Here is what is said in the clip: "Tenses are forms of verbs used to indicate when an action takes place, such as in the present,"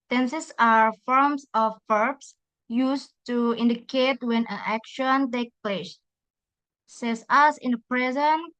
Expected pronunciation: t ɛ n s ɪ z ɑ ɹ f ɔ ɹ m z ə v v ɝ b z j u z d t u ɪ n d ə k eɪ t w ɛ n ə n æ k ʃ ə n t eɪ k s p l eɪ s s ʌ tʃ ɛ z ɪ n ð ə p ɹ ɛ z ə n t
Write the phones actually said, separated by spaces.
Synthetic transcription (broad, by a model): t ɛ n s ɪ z ɑ ɹ f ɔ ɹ m s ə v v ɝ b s j u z t u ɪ n d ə k eɪ t w ɛ n ə n æ k ʃ ə n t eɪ k p l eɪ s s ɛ s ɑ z ɪ n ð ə p ɹ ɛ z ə n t